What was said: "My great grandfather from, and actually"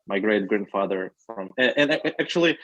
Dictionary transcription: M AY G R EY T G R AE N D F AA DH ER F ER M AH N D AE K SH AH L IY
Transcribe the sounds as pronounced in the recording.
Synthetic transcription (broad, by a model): M AY G R EY T G R AE N D F AA DH ER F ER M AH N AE K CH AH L IY